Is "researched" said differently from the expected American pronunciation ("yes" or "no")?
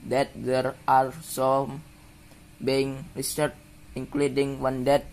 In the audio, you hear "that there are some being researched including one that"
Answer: yes